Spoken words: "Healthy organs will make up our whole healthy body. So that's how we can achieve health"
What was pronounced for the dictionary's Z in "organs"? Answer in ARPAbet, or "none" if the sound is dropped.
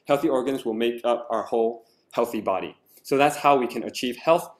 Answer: Z